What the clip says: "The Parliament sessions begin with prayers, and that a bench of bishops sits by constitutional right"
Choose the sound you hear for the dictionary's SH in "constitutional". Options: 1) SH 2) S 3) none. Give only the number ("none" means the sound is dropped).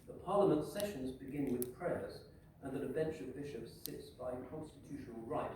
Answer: 1